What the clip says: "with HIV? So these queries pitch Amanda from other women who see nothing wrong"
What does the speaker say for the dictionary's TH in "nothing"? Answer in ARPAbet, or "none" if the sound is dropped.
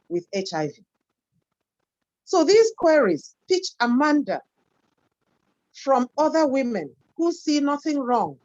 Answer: TH